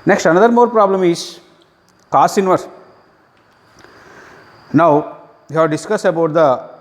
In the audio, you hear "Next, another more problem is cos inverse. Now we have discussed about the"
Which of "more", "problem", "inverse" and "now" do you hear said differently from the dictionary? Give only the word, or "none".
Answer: inverse